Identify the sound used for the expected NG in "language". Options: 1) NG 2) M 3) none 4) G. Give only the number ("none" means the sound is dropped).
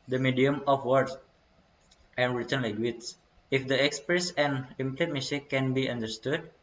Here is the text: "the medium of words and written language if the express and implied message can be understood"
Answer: 3